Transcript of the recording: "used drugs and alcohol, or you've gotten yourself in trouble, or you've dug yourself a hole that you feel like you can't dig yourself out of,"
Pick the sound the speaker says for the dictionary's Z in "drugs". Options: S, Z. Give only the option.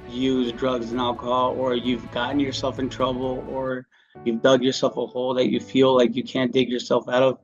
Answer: Z